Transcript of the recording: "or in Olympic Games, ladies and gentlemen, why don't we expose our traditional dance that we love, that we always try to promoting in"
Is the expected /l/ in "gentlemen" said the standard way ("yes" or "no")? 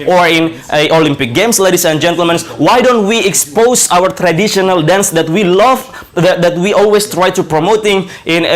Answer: yes